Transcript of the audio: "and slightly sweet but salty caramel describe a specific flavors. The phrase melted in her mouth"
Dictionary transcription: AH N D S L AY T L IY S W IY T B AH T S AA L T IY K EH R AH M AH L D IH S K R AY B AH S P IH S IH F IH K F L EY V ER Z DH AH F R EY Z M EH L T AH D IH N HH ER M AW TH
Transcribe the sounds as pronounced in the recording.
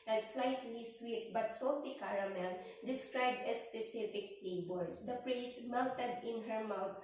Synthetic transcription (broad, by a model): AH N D S L AY T L IY S W IY T B AH T S AA L T IY K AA R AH M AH L D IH S K R AY B AH S P IH S IH F IH K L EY B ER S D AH P R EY S M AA W T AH D IH N HH ER M AW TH